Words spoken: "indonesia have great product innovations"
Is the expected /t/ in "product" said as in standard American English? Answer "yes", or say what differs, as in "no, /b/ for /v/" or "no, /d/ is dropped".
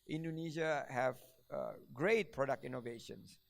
yes